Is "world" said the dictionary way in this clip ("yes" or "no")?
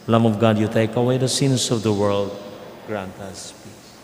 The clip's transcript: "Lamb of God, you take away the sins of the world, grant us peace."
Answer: yes